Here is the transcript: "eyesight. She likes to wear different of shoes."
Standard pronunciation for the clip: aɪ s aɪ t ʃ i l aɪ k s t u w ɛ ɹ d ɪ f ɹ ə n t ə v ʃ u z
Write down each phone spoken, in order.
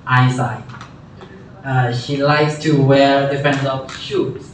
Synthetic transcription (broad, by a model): aɪ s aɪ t ʃ i l aɪ k s t u w ɛ ɹ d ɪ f ə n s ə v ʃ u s